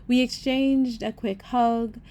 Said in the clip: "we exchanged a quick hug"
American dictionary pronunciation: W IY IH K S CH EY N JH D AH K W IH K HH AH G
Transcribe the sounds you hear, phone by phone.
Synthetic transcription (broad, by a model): W IY IH K S CH EY N JH D AH K W IH K HH AH G